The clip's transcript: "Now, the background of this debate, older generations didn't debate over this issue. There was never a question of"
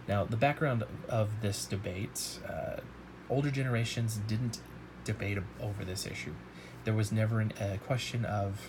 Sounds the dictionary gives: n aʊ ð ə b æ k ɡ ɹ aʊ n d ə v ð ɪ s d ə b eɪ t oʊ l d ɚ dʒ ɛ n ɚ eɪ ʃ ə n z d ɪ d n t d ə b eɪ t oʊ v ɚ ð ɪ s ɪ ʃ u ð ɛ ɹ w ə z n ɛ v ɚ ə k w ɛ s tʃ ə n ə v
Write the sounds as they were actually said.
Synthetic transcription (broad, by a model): n aʊ ð ə b æ k ɡ ɹ aʊ n d ə v ð ɪ s d ə b eɪ t oʊ l d ɚ dʒ ɛ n ɚ eɪ ʃ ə n z d ɪ d n t d ə b eɪ t oʊ v ɚ ð ɪ s ɪ ʃ u ð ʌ ɹ w ə z n ɛ v ɚ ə k w ɛ s tʃ ə n ə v